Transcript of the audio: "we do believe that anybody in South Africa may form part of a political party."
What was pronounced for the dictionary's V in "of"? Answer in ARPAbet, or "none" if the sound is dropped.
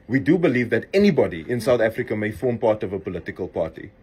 V